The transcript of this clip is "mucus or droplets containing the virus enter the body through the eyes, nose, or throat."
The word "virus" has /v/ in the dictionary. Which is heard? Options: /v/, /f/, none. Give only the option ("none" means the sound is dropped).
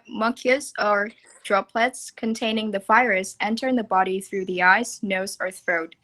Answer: /f/